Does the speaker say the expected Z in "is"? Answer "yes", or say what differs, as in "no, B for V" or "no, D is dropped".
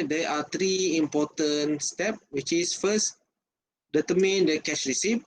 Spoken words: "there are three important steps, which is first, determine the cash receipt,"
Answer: no, S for Z